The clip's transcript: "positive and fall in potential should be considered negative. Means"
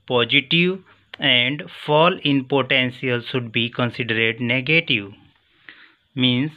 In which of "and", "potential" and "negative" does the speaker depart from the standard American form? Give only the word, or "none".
potential